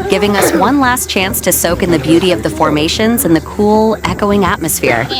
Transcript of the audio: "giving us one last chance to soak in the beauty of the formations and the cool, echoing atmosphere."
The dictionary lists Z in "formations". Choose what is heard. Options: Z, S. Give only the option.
Z